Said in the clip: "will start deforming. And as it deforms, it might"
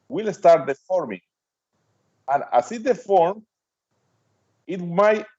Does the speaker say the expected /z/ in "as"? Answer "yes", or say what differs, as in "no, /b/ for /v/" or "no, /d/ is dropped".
no, /s/ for /z/